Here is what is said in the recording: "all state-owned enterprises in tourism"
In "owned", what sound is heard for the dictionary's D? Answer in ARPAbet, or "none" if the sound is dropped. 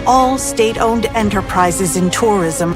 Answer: D